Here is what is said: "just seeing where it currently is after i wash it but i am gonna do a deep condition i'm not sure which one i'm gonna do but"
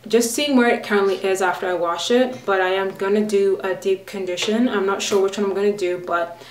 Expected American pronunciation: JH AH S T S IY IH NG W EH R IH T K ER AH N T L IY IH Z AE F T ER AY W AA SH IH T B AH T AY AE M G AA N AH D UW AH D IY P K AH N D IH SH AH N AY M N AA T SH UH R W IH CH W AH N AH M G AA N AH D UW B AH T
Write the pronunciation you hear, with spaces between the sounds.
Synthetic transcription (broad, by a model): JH AH S T S IY IH NG W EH R IH T K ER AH N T L IY IH Z AE F T ER AY W AA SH IH T B AH T AY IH M G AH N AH D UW AH D IY P K AH N D IH SH AH N AY M N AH T SH UH R W IH CH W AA AH M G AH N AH D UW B AH T